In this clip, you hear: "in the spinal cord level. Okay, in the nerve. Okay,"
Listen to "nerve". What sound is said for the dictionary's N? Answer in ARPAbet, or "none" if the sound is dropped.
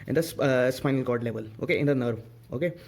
N